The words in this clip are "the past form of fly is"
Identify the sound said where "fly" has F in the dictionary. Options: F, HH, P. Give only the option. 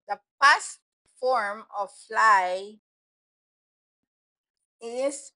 F